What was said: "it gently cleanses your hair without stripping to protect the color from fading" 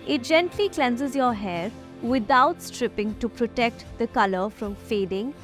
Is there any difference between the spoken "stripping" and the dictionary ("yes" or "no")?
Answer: no